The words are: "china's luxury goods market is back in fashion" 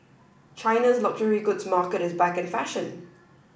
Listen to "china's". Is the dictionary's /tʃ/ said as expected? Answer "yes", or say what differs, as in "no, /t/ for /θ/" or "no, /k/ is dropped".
yes